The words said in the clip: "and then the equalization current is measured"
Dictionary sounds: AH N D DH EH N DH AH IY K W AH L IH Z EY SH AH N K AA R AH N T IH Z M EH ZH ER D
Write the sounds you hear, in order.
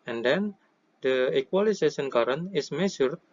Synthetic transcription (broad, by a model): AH N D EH N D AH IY K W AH L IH S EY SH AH N K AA R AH N IH S M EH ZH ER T